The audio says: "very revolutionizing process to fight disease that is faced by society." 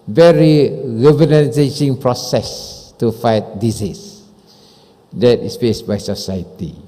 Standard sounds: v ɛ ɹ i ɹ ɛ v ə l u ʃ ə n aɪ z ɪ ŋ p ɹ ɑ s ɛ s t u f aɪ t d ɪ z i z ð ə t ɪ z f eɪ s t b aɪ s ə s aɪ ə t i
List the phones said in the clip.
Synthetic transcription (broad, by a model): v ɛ ɹ i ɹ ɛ v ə n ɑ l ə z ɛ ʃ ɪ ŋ p ɹ ɑ s ɛ s t u f aɪ t d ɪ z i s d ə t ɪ s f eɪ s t b aɪ s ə s aɪ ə t i